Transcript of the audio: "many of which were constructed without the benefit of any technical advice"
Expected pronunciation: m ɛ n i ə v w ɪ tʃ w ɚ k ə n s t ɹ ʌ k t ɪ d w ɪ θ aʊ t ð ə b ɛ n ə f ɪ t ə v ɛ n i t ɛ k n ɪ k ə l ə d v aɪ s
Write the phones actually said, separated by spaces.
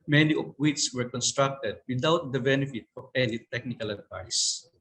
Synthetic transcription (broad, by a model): m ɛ n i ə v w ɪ s w ɚ k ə n s t ɹ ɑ k t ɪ d w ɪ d aʊ t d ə b ɛ n ə f ɪ t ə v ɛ l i t ɛ k n ɪ k ə l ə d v aɪ s